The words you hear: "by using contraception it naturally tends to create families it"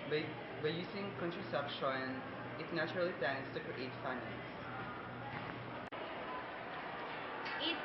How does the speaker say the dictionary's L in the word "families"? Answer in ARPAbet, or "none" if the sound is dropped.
N